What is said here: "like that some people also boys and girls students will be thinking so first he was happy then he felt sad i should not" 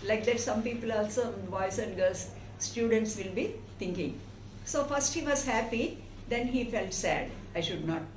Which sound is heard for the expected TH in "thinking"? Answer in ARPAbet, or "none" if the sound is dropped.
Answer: T